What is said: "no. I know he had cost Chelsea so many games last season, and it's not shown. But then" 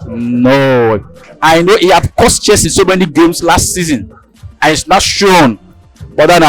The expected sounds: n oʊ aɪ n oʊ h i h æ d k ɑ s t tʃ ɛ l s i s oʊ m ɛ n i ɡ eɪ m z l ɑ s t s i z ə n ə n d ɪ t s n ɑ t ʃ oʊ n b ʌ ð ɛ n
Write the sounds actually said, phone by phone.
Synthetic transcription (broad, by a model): n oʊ aɪ n oʊ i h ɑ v k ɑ s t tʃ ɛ s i s oʊ m ɛ n i ɡ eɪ m s l ɑ s t s i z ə n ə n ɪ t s n ɑ t ʃ oʊ n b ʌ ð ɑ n